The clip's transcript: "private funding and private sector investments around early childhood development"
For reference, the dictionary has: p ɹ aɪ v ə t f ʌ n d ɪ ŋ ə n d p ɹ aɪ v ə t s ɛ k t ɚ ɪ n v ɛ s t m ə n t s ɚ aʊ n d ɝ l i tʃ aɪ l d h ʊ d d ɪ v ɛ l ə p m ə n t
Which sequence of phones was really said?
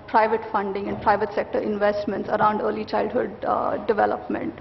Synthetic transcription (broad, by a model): p ɹ aɪ v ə t f ʌ n d ɪ ŋ ə n d p ɹ aɪ v ə t s ɛ k t ɚ ɪ n v ɛ s t m ə n t s ɚ aʊ n d ɝ l i tʃ aɪ l d h ʊ d d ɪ v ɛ l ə p m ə n t